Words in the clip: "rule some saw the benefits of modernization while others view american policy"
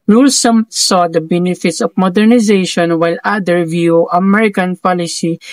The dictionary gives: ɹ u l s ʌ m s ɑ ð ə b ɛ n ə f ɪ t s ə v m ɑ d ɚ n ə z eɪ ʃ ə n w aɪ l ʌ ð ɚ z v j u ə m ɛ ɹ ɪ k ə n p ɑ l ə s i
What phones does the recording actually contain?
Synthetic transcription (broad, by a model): ɹ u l s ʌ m s ɑ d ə b ɛ n ə f ɪ t s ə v m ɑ d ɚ n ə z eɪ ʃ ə n w aɪ l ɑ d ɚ v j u ə m ɛ ɹ ɪ k ə n p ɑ l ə s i